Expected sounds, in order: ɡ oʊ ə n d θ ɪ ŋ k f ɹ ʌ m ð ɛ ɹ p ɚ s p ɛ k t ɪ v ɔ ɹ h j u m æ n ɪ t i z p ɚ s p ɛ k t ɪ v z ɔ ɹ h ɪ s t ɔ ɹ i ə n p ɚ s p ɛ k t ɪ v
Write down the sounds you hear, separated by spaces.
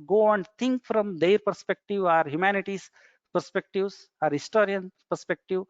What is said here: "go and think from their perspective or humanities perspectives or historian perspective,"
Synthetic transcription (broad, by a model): ɡ oʊ ə n d t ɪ ŋ k f ɹ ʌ m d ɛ ɹ p ɚ s p ɛ k t ɪ v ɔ ɹ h j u m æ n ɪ t i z p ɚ s p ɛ k t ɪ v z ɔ ɹ h ɪ s t ɔ ɹ i ə n p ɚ s p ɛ k t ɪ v